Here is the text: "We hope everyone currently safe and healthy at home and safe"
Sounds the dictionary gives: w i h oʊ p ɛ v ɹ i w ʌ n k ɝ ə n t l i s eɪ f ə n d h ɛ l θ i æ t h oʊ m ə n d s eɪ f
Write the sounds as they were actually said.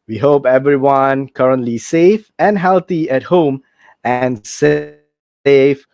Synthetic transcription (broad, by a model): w i h oʊ p ɛ v ɹ i w ʌ n k ɝ ə n t l i s eɪ f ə n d h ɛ l t i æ t h oʊ m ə n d s eɪ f